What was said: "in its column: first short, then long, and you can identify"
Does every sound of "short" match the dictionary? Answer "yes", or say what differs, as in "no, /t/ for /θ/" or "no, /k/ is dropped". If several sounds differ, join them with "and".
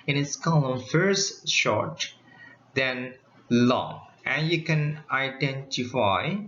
yes